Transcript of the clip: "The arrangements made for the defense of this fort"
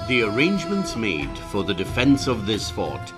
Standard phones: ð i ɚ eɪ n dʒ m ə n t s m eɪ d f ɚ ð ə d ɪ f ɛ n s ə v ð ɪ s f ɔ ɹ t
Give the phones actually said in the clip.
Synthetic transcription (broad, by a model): ð i ɚ eɪ n dʒ m ə n t s m eɪ d f ɚ ð ə d ɪ f ɛ n s ə v ð ɪ s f ɔ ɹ t